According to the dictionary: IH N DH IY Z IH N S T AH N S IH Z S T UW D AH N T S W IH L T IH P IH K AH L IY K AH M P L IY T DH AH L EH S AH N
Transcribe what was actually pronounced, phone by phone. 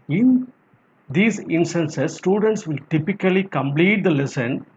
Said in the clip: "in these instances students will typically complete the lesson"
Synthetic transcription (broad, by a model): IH N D IY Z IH N S T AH N S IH S T UW D AH N T S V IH L T IH P IH K AH L IY K AH M P L IY T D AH L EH S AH N